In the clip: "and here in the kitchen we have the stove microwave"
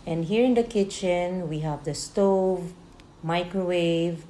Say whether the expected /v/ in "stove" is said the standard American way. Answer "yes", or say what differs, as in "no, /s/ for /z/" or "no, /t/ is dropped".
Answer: yes